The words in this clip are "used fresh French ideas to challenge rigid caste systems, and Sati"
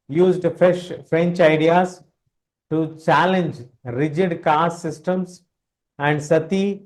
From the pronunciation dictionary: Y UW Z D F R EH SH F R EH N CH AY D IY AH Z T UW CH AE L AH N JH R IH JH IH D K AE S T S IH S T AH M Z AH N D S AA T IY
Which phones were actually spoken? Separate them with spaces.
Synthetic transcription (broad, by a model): Y UW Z D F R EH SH F R EH N CH AY D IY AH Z T UW CH AE L AH N JH R IH JH IH D K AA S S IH S T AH M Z AH N D S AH T IY